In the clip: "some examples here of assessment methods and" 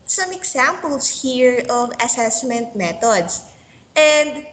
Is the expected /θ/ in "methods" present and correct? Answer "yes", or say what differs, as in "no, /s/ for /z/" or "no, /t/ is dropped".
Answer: no, /t/ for /θ/